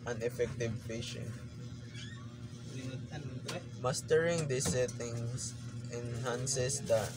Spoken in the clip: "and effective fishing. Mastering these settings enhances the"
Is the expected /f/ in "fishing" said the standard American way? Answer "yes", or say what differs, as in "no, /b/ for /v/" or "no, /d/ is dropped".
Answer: no, /p/ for /f/